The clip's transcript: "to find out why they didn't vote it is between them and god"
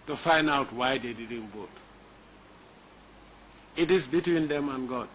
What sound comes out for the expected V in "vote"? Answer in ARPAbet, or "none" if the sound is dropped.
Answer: B